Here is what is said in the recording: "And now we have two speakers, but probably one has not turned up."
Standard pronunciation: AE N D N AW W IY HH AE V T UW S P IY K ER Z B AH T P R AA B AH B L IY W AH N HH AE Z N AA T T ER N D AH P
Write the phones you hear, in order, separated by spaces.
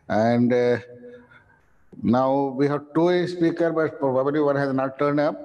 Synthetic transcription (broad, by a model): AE N D N AW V IY HH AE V T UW S P IY K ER B AH T P R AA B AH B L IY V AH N HH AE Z N AA T T ER N D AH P